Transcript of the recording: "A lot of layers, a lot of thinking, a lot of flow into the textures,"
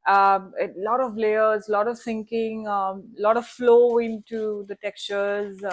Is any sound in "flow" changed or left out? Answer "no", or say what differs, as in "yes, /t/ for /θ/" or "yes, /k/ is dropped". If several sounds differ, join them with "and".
no